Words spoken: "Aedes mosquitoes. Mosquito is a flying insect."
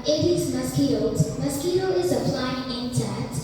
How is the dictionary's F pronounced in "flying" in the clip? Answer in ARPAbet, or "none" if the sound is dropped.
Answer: P